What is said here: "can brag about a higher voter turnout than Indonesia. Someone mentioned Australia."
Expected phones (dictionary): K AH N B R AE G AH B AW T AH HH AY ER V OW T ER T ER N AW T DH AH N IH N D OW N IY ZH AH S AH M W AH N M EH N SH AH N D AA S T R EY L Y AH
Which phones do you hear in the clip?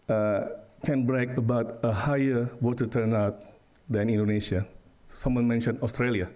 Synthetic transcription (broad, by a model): K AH N B R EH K AH B AW T AH HH AY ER W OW T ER T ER N AW T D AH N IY N D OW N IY SH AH S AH M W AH N M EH N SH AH N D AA S T R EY L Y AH